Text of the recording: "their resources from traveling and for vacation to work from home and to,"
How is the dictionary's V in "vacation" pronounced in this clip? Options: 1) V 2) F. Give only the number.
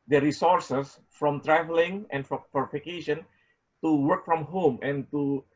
2